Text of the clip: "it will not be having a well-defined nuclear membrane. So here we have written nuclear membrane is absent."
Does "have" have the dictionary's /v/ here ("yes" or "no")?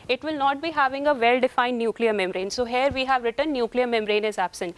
yes